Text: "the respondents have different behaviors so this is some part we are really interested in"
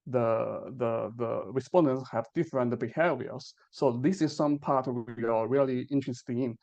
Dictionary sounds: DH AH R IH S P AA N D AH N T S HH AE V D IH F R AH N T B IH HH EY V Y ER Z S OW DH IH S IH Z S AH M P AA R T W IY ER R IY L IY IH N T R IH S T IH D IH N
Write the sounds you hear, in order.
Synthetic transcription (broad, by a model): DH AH R IH S P AA N D AH N T S HH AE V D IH F R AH N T B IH HH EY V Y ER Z S OW DH IH S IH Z S AH M P AA R T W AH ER R IY L IY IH N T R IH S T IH IH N